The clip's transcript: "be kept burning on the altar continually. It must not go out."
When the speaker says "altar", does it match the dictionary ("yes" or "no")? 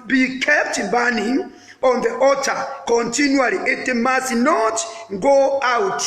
no